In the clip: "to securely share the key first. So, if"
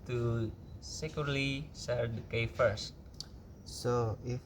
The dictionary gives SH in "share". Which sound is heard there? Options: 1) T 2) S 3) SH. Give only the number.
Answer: 2